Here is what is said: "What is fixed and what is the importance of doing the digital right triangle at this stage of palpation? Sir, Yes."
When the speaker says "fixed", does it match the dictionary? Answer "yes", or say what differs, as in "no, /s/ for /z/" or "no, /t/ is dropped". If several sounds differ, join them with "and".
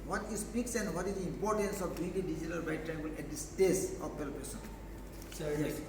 no, /t/ is dropped